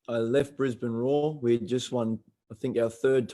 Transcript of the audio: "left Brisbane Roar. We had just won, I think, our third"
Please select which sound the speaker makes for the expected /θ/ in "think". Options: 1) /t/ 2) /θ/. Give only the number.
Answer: 2